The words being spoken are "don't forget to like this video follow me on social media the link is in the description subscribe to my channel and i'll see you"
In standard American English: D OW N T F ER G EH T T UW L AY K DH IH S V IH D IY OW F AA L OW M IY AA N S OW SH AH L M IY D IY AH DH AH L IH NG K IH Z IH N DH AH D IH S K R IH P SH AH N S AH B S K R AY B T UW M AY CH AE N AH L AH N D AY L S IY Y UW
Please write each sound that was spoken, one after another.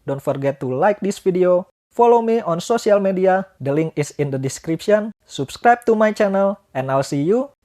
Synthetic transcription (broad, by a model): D OW N T F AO G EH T T UW L AY K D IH S F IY D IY OW F AA L OW M IY AA N S OW S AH L M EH D IY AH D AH L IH NG K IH S IH N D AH D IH S K R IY P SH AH N S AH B S K R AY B T UW M AY CH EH N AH L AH N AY L S IY Y UW